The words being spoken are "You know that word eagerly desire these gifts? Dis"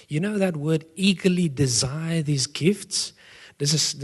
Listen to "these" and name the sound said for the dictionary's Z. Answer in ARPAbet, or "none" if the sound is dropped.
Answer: Z